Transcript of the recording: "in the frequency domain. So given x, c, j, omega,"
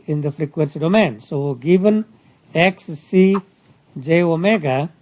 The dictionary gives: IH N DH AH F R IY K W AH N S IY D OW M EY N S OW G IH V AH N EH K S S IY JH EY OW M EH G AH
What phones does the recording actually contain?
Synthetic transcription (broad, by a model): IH N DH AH F R IY K W AH N S IY D OW M EY N S OW G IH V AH N EH K S S IY JH EY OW M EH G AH